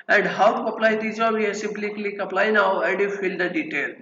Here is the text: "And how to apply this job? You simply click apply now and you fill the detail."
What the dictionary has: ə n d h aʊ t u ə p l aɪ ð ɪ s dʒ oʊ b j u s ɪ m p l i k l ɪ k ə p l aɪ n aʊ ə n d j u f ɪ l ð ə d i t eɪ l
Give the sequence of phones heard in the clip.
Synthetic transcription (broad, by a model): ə n d h aʊ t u ə p l aɪ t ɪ dʒ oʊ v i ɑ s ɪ m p l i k l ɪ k ə p l aɪ n aʊ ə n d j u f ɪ l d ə d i t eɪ l